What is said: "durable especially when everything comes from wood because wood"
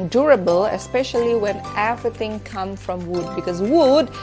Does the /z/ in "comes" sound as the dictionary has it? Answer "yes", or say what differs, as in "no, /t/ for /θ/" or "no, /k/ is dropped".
no, /z/ is dropped